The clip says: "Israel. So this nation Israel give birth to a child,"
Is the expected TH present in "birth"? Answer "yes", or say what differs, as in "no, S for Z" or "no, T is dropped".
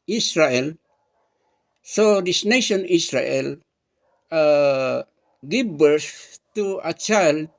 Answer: no, S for TH